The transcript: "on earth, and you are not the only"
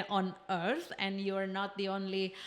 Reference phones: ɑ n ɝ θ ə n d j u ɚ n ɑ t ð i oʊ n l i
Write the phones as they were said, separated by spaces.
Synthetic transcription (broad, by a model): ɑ n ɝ s ə n d j u ɚ n ɑ t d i oʊ n l i